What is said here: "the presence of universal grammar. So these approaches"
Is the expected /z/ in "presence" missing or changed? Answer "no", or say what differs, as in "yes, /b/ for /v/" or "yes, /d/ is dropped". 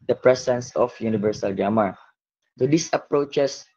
yes, /s/ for /z/